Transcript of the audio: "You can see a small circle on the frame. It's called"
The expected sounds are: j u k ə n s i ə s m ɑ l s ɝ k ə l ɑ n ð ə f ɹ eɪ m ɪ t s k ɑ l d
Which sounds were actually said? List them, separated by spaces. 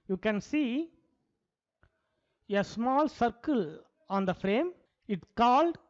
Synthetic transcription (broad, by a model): j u k ə n s i ə s m ɑ l s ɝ k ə l ɑ n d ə f ɹ eɪ m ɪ t k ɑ l d